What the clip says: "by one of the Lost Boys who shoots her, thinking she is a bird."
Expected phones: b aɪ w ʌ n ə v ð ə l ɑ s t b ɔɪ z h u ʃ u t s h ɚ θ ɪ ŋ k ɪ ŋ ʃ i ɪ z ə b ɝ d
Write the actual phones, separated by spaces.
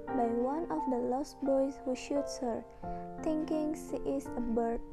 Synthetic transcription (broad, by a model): b aɪ w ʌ n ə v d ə l ɑ s t b ɔɪ s h u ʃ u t s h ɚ t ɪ ŋ k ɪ ŋ s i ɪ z ə b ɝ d